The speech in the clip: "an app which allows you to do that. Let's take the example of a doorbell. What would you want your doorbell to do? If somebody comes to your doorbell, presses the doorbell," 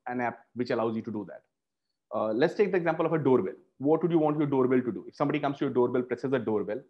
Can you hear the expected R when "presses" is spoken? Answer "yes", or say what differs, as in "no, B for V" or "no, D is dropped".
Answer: yes